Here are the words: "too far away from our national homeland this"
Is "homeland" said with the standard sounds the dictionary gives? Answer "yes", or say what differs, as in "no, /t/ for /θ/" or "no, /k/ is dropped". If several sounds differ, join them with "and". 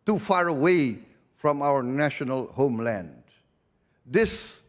yes